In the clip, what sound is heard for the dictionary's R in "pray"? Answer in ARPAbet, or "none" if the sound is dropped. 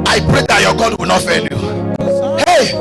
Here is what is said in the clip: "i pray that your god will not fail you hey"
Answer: R